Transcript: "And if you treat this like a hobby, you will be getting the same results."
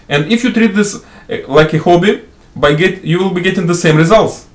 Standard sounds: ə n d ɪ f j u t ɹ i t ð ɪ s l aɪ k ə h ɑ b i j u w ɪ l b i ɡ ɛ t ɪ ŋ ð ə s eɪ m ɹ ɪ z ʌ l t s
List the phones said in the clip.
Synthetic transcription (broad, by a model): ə n d ɪ f j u t ɹ i t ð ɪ s l aɪ k ə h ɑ b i j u w ɪ l b i ɡ ɛ t ɪ ŋ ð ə s eɪ m ɹ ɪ z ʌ l t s